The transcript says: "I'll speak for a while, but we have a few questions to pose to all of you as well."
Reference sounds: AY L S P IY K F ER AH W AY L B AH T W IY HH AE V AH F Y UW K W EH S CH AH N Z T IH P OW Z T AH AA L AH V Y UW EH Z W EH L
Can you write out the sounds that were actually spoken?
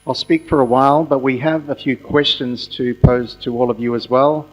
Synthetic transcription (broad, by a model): AY L S P IY K F ER AH W AY L B AH T W IY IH V AH F Y UW K W EH S CH AH N Z T IH P OW Z T AH AA L AH V Y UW Z W EH L